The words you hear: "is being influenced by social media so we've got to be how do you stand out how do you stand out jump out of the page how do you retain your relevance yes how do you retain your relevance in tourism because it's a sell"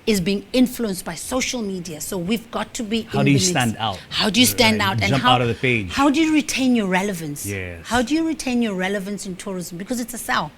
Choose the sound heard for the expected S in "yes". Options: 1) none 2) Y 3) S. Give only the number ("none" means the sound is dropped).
1